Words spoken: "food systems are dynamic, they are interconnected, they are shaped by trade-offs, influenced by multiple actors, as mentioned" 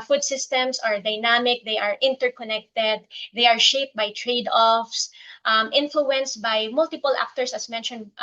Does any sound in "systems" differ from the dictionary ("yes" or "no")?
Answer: yes